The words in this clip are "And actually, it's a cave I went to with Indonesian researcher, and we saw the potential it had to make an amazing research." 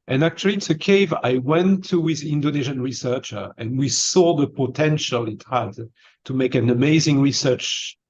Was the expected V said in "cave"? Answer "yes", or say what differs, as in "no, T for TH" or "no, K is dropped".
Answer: yes